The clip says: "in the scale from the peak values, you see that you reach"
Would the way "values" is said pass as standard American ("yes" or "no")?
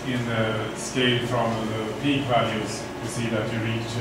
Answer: yes